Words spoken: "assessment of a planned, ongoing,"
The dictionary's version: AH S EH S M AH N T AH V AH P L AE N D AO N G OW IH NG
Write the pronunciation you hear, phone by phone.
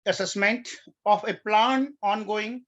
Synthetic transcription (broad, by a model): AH S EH S M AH N T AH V AH P L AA N AO N G OW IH NG